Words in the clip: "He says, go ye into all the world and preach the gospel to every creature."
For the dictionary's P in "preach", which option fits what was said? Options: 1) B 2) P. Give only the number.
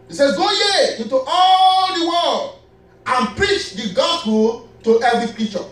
2